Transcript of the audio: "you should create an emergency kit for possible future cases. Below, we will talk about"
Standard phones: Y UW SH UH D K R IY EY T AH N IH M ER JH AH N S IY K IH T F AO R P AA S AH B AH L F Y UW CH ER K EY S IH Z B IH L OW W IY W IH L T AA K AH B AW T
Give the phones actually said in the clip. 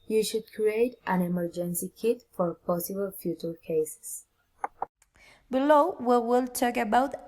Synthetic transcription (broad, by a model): Y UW SH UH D K R IY EY T AH N IH M ER JH AH N S IY K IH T F AO R P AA S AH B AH L F Y UW CH ER K EY S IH S B IH L OW W IY W IH L T AA K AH B AW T